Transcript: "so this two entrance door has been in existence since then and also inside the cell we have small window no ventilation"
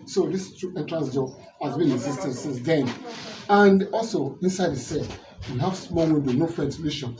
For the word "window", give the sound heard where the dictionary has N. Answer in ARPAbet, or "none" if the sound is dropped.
none